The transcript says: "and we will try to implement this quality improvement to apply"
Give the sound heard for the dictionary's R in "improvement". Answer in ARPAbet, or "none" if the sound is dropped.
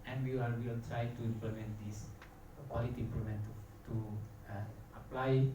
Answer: L